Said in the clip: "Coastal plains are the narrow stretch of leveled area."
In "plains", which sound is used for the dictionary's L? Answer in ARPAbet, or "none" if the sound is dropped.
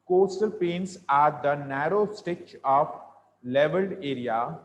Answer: none